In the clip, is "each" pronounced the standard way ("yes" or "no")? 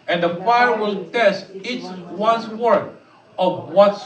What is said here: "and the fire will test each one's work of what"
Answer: no